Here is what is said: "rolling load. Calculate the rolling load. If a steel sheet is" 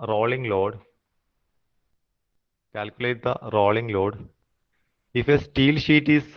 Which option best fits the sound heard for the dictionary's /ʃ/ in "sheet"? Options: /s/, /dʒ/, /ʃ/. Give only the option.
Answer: /ʃ/